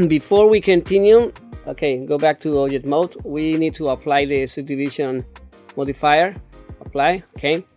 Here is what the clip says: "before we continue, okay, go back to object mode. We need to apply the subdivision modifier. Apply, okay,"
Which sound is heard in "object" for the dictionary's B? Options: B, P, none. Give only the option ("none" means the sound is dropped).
none